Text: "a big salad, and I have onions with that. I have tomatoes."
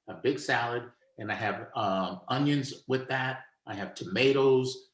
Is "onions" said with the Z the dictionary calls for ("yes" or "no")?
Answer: yes